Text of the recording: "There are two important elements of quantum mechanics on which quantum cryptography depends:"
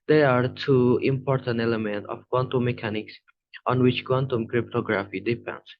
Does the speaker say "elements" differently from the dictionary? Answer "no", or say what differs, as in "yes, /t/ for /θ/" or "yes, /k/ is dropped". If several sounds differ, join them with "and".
yes, /s/ is dropped